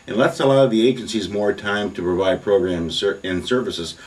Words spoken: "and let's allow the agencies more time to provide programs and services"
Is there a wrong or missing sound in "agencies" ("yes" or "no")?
no